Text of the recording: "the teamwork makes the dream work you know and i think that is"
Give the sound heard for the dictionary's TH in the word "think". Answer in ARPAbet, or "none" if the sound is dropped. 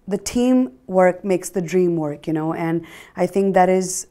TH